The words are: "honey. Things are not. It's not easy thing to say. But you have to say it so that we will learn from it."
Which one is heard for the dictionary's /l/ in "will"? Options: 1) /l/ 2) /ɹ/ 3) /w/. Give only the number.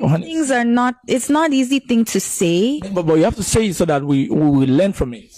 3